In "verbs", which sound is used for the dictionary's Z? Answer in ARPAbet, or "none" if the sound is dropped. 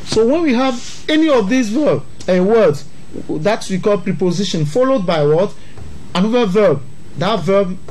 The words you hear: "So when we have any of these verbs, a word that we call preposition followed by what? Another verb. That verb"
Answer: none